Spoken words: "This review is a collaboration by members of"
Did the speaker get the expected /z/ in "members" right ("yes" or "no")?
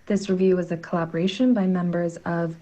yes